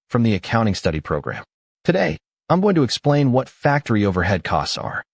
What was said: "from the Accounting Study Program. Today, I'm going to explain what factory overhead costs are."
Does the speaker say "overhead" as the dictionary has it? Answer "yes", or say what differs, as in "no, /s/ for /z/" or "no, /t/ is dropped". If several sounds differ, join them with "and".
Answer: yes